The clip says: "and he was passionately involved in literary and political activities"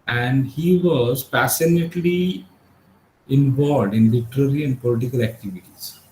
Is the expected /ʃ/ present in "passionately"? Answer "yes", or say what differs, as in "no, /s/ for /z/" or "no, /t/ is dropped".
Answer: no, /s/ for /ʃ/